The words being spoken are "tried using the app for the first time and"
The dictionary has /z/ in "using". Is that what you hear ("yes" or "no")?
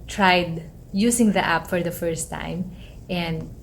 no